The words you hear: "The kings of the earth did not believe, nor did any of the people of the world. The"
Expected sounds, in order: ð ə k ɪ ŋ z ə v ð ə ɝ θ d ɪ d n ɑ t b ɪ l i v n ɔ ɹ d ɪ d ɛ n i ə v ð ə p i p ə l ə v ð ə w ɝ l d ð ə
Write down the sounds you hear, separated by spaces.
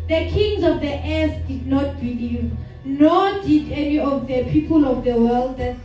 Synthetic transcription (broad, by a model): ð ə k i ŋ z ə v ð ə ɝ s d ɪ d n ɑ t b ɪ l i v n ɔ d ɪ d ɛ n i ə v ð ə p i p ə l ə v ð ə w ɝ l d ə